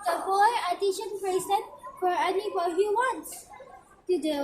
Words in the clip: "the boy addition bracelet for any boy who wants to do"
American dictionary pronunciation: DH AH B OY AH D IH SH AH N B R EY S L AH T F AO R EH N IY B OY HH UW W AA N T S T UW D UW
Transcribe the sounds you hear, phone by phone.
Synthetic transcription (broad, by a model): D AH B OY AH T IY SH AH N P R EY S AH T F AO R EH N IY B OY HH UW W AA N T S T UW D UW